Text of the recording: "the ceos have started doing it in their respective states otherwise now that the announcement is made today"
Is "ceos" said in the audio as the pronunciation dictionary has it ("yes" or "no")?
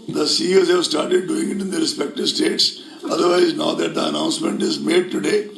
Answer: yes